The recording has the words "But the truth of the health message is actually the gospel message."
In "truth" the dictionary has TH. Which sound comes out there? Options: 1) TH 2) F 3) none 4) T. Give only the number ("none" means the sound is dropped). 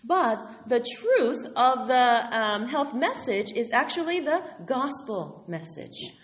1